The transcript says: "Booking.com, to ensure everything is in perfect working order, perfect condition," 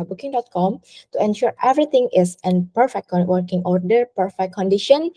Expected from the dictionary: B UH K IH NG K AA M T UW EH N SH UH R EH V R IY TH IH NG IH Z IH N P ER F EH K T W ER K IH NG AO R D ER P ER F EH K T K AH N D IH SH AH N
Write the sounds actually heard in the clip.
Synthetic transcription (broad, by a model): B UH K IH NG K AA M T UW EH N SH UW R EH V R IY T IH NG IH S IH N P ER F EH K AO W ER K IH NG AO R D ER P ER F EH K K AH N D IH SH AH N